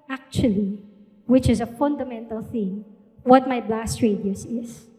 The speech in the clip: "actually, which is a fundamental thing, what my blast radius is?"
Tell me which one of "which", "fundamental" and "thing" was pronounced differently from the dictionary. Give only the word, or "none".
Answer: none